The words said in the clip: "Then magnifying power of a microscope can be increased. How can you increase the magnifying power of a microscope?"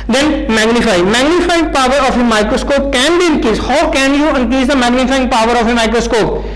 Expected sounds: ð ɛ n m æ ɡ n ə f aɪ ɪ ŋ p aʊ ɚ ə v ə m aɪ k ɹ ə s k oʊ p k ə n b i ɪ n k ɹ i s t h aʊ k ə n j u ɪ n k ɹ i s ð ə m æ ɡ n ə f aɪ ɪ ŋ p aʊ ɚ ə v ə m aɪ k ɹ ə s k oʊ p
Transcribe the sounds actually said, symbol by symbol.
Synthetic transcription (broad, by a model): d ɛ n m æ ɡ n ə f aɪ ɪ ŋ p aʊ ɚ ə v ə m aɪ k ɹ ə s k oʊ p k ə n b i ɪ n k i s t h aʊ k ə n j u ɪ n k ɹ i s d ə m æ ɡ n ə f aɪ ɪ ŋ p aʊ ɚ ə f ə m aɪ k ɹ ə s k oʊ p